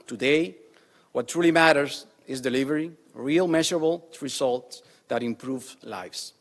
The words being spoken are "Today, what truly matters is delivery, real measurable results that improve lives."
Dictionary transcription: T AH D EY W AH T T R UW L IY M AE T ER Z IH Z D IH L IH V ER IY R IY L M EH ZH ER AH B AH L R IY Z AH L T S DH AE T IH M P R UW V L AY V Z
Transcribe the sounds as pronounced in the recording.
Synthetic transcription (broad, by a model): T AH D EY W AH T T R UW L IY M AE T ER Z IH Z D IH L IH V ER IY R IY L M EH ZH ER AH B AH L R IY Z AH L T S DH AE T IH M P R UW V L AY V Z